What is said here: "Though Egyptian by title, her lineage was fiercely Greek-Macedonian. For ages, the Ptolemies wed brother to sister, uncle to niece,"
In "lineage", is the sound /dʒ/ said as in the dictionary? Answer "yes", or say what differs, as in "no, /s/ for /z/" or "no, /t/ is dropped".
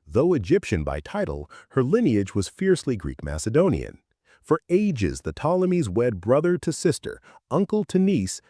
yes